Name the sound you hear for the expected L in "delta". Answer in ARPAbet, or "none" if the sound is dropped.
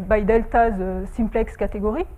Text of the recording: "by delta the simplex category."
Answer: L